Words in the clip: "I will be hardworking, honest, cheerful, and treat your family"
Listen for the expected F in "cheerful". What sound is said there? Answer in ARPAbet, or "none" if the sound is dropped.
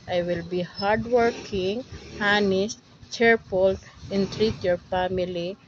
P